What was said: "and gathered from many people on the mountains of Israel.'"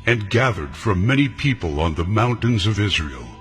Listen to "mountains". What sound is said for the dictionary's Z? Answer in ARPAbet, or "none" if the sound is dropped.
Z